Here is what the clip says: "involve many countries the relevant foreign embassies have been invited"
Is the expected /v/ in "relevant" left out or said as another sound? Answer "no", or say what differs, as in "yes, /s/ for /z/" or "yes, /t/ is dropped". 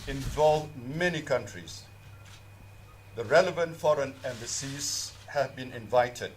no